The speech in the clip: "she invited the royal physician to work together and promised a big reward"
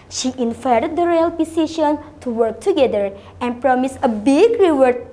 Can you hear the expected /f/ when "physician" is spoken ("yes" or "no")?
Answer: no